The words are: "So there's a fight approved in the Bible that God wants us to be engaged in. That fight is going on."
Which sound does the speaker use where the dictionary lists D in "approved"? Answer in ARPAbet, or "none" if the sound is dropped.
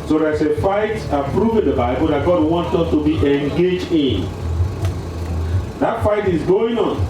none